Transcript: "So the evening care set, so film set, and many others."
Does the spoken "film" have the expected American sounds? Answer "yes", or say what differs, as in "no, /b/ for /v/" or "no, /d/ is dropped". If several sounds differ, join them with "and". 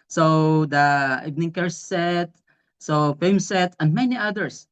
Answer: no, /l/ is dropped